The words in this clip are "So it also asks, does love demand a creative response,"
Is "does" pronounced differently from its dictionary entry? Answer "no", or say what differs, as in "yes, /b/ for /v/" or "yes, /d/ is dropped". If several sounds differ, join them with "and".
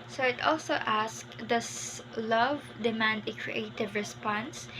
yes, /s/ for /z/